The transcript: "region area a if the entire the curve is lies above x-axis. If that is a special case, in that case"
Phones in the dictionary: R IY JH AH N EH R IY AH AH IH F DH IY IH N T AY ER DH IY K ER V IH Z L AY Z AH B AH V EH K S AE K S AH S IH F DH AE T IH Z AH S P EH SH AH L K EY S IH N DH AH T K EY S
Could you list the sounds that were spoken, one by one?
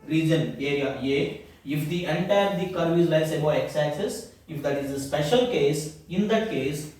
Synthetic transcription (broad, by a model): R IY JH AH N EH R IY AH AH IH F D IY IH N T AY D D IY K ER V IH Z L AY S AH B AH EH K S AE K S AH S IH F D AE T IH Z AH S P EH SH AH L K EY S IH N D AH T K EY S